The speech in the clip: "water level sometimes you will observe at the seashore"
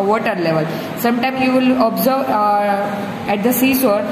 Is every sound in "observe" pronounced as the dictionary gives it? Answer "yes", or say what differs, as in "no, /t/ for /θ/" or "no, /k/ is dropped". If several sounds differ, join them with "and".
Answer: yes